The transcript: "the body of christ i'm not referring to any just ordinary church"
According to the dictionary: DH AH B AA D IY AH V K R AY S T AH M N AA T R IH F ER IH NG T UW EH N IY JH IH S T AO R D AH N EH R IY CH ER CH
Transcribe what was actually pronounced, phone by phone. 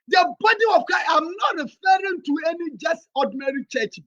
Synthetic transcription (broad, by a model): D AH B AA D IY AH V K AY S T AH M N AA T R IH F ER IH NG T UW EH N IY JH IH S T AO D N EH R IY CH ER CH